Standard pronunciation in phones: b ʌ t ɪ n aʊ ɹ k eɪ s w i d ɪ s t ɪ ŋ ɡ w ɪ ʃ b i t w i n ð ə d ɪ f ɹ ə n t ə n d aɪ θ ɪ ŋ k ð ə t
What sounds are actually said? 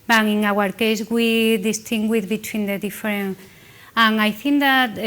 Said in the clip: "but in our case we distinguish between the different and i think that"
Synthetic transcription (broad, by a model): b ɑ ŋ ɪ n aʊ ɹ k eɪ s w i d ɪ s t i ŋ ɡ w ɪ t b i t w i n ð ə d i f ɹ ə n ə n aɪ θ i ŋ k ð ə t